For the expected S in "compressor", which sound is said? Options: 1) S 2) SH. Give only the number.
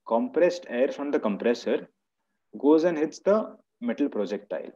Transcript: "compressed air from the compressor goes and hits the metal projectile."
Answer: 1